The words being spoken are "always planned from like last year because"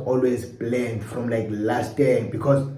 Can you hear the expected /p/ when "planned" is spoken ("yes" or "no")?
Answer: no